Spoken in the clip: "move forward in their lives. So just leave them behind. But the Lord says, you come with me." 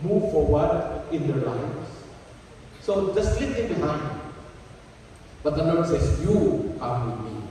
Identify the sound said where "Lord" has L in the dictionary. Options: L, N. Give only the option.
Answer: N